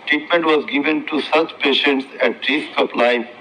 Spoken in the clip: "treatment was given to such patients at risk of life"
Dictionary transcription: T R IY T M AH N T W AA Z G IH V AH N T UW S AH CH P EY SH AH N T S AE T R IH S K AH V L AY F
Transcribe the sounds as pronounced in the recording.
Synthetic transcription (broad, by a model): T R IY T M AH N T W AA Z G IH V AH N T UW S AH CH P EY SH AH N T S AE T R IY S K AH P L AY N